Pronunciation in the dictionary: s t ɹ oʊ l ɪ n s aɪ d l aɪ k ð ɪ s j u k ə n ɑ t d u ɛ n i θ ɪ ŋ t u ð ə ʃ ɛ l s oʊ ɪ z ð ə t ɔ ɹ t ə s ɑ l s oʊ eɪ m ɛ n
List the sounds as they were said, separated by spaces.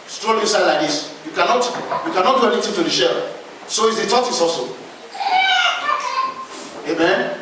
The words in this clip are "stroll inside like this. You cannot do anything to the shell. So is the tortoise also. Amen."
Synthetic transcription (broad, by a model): s t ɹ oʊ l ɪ s aɪ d l aɪ k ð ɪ s j u k ə n ɑ t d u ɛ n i t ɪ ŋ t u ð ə ʃ ɛ l s oʊ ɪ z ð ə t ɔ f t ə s ɑ l s oʊ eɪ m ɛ n